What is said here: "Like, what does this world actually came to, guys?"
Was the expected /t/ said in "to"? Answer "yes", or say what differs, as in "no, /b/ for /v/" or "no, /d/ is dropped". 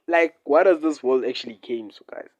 no, /s/ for /t/